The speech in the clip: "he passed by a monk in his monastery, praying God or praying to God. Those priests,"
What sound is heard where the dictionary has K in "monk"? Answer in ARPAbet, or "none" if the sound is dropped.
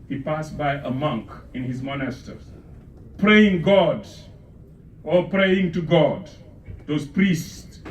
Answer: K